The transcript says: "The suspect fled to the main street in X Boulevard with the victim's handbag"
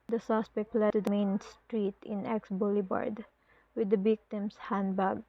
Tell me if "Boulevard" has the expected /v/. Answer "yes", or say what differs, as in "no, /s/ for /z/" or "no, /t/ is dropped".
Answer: no, /b/ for /v/